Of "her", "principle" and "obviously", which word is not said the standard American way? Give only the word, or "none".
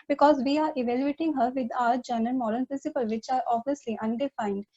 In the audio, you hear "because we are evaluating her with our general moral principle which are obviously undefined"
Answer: obviously